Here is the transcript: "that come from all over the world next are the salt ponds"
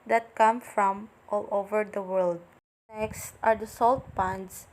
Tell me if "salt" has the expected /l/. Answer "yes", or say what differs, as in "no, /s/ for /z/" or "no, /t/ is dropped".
yes